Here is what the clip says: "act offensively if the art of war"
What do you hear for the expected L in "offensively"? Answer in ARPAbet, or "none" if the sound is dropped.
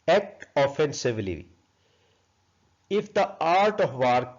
L